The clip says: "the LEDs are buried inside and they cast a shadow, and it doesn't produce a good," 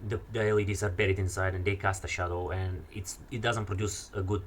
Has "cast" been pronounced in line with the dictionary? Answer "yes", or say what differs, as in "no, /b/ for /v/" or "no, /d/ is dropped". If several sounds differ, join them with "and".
yes